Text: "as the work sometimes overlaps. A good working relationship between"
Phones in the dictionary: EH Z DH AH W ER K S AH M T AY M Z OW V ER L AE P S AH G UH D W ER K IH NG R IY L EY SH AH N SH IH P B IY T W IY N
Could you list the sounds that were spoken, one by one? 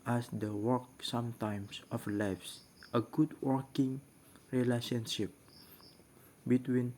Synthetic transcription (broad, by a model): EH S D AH W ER K S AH M T AY M S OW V L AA F S AH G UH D W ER K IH NG R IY L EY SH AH N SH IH P B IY T W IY N